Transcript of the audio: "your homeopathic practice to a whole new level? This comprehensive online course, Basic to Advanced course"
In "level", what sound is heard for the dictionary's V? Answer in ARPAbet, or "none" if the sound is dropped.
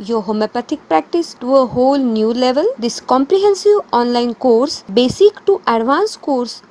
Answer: V